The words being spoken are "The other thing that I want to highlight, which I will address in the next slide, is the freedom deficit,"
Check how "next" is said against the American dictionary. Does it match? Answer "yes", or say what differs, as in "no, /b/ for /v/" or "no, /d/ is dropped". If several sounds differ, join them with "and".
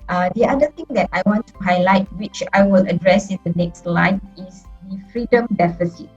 yes